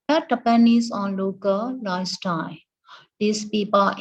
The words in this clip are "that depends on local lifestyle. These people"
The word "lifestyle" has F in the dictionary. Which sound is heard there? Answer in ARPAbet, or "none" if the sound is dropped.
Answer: none